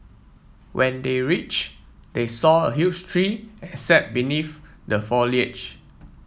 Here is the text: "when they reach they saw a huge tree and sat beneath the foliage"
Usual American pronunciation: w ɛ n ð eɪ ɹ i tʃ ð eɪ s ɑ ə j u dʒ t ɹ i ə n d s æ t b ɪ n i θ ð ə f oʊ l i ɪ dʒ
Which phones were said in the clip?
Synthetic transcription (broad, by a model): w ɛ n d eɪ ɹ i tʃ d eɪ s ɑ ə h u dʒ t ɹ i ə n s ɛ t b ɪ n i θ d ə f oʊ l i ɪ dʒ